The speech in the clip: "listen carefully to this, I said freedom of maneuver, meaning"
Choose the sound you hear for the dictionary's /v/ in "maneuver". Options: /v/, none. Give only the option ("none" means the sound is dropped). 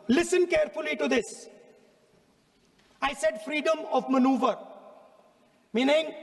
/v/